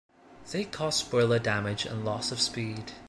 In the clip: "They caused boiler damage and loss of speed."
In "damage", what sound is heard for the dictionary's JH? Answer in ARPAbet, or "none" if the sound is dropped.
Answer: JH